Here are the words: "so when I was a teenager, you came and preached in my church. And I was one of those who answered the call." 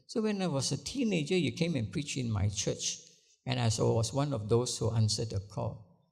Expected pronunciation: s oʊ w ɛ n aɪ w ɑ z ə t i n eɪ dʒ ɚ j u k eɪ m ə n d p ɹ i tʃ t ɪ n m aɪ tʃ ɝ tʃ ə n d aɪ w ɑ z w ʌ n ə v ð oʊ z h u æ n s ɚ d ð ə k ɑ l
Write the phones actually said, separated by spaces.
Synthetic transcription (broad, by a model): s oʊ w ɛ n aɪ w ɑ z ə t i n eɪ dʒ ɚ j u k eɪ m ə n p ɹ i tʃ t ɪ n m aɪ tʃ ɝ tʃ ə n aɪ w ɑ s w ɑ n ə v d oʊ s h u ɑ n s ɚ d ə k ɑ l